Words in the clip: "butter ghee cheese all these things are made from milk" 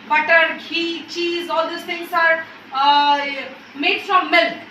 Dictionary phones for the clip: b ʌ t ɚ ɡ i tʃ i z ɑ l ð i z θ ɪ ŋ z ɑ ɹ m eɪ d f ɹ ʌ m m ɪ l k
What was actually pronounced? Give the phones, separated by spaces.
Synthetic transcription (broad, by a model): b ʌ t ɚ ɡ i tʃ i z ɑ l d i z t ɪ ŋ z ɑ ɹ m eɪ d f ɹ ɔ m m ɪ l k